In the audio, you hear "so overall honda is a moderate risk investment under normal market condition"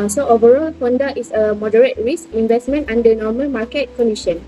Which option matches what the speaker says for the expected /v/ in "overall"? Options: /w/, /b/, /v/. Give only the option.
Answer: /v/